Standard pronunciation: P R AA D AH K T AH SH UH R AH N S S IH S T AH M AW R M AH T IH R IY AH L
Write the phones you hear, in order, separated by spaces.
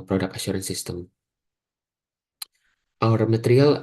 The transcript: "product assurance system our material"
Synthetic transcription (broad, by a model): P R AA D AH K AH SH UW R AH N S S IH S T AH M AW R M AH T R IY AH L